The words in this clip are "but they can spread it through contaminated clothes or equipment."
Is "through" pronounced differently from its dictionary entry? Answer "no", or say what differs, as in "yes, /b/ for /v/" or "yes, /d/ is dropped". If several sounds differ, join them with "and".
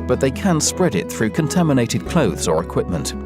no